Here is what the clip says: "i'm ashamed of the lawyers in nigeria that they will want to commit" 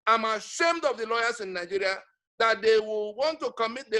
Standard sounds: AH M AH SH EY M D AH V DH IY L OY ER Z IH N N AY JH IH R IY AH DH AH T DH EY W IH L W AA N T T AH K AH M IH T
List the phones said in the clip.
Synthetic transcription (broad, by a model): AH M AH SH EY M D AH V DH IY L OY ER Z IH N N AY JH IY R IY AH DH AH T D EY W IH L W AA N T T AH K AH M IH T